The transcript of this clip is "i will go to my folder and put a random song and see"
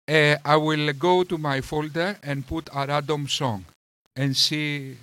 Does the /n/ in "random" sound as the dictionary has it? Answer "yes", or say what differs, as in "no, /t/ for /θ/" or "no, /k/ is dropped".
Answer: no, /n/ is dropped